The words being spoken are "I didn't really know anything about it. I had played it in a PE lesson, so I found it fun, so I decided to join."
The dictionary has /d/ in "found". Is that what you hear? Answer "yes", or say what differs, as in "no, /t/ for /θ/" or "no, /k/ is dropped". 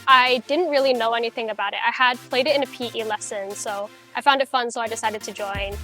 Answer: yes